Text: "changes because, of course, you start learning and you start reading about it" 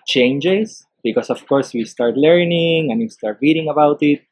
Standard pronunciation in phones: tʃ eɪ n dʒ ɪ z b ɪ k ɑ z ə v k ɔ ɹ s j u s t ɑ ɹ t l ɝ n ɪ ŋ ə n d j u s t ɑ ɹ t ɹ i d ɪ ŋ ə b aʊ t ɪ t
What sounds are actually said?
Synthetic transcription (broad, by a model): tʃ eɪ n dʒ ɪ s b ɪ k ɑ s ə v k ɔ ɹ s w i s t ɑ ɹ t l ɝ n ɪ ŋ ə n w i s t ɑ ɹ t ɹ i d ɪ ŋ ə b aʊ t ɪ t